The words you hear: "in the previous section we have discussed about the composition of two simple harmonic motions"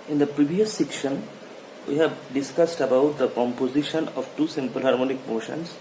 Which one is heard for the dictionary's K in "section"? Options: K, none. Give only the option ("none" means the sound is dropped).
K